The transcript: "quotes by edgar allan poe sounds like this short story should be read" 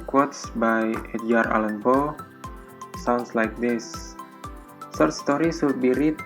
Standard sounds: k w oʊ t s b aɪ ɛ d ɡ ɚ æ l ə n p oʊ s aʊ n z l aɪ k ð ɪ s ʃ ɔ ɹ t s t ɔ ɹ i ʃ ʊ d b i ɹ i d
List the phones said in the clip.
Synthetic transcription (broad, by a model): k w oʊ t s b aɪ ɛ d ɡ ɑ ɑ l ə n b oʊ s aʊ n s l aɪ k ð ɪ s s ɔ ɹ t s t ɔ ɹ i s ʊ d b i ɹ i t